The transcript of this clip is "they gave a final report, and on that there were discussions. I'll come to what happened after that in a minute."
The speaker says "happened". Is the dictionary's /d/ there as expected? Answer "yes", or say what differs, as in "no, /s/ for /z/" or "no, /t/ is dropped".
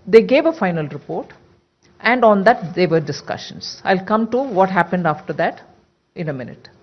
yes